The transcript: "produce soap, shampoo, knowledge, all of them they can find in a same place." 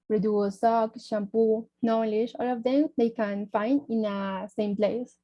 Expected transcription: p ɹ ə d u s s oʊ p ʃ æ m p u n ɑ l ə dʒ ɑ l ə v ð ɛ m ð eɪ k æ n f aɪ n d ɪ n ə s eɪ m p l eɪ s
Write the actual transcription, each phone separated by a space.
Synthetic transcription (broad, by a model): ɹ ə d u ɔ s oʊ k ʃ æ m p u n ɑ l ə ʃ ɑ l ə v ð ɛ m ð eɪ k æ n f aɪ n d ɪ n ə s eɪ m p l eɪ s